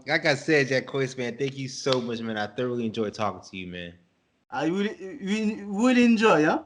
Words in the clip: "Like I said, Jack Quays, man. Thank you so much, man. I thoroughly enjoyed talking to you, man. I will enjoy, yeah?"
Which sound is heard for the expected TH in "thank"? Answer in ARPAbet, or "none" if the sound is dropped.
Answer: TH